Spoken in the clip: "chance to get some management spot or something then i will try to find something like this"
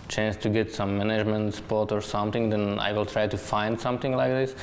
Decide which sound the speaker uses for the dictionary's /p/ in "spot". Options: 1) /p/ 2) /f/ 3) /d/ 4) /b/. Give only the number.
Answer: 1